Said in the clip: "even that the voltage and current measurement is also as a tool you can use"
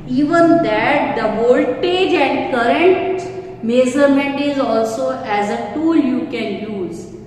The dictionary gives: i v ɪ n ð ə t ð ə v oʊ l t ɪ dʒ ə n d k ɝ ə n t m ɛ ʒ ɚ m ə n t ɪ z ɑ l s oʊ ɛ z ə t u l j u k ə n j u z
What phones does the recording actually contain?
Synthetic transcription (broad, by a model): i v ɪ n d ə t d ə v oʊ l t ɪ dʒ ə n d k ɝ ə n t m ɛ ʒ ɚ m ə n t ɪ z ɑ l s oʊ ɛ z ə t u l j u k ə n j u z